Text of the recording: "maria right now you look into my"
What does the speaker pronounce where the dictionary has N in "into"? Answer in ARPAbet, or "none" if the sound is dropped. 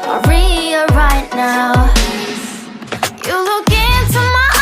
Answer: N